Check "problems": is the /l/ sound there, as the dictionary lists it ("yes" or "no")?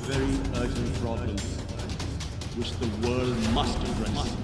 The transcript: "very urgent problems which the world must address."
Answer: no